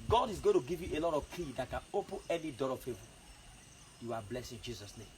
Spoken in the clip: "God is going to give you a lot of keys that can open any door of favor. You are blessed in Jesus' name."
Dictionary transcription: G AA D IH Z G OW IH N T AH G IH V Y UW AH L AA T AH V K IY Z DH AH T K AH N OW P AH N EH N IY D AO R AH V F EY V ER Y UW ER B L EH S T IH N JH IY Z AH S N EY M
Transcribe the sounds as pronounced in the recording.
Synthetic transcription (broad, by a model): G AA D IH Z G OW IH N T AH G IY V Y UW AH L AA T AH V K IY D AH T K AH N OW P AH N EH N IY D AO R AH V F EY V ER Y UW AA B L EH S IH N JH IY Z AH S N EY M